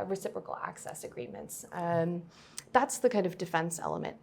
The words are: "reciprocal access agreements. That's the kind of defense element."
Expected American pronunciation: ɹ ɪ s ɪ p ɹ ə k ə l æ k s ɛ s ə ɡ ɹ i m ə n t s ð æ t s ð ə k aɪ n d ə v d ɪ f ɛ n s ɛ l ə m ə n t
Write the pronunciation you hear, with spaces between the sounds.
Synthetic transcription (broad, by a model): ɹ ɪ s ɪ p ɹ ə k l æ k s ɛ s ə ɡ ɹ i m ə n t s ð æ t s ð ə k aɪ n d ə v d ɪ f ɛ n s ɛ l ə m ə n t